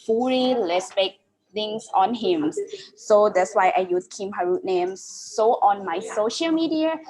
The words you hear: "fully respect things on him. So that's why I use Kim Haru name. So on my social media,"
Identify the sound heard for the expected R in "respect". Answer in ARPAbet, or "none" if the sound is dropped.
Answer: L